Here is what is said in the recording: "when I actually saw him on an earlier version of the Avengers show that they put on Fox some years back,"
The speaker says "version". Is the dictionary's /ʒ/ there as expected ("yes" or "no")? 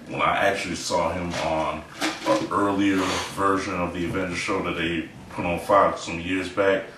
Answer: yes